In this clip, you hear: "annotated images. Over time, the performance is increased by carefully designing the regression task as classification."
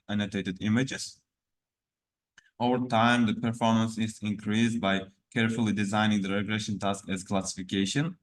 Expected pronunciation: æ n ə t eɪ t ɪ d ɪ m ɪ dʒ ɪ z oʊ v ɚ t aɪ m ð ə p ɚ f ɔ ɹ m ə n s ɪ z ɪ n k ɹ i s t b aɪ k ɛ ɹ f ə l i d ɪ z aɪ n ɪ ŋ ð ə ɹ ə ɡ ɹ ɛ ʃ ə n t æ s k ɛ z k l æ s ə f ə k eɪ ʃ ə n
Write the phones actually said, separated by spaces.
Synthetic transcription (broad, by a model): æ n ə t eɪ t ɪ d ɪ m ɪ dʒ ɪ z oʊ v ɚ t aɪ m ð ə p ɚ f ɔ ɹ m ə n s ɪ z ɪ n k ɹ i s b aɪ k ɛ ɹ f ə l i d ɪ z aɪ n ɪ ŋ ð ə ɹ ə ɡ ɹ ɛ ʃ ə n t æ s k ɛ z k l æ s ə f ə k eɪ ʃ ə n